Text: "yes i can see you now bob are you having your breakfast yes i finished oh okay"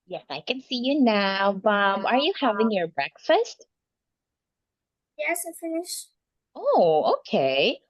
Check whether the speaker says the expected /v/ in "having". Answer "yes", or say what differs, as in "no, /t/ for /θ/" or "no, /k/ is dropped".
yes